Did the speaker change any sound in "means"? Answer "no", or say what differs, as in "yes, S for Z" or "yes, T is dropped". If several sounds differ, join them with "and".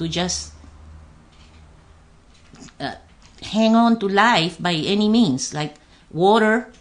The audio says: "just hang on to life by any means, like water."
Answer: yes, S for Z